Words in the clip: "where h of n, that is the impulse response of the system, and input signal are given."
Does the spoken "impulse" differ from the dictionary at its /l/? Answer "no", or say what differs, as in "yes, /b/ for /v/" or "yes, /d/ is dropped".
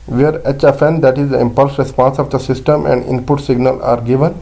no